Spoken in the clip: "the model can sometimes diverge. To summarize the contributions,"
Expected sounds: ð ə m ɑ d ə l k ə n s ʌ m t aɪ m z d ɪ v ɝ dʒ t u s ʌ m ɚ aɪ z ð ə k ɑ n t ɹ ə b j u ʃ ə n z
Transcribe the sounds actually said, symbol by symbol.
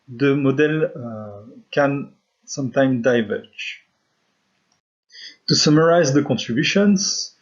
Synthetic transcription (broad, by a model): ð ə m ɑ d ə l k ə n s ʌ m t aɪ m d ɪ v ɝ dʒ t u s ʌ m ɚ aɪ z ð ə k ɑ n t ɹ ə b j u ʃ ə n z